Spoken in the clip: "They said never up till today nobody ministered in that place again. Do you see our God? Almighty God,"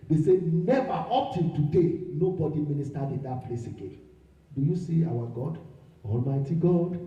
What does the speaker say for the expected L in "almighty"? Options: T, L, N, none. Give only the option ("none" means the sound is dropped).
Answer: L